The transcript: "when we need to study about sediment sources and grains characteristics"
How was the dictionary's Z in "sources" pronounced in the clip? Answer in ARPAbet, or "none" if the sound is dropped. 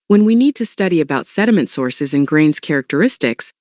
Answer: Z